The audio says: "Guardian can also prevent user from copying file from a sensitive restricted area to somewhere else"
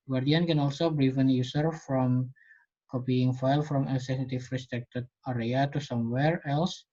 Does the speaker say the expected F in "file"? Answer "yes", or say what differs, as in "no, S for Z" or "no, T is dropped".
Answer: yes